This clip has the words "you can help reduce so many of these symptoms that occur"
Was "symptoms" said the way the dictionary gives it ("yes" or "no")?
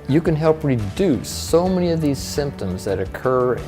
yes